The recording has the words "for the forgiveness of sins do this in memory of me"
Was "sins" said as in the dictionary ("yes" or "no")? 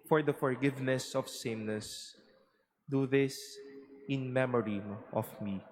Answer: no